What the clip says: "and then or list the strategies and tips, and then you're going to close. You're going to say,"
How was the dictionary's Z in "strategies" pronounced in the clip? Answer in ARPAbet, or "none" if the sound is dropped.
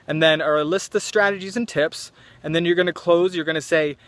Z